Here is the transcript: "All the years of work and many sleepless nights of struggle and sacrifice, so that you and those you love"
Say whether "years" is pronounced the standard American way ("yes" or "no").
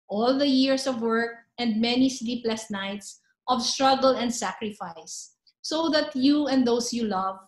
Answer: no